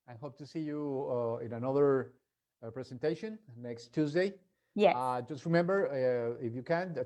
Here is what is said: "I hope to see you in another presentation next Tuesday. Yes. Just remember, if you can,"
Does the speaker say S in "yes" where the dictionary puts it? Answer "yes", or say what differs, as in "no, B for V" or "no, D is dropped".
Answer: no, S is dropped